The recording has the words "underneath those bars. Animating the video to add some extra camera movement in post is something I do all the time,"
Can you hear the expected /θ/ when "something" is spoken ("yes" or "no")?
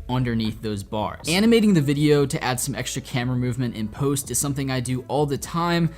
yes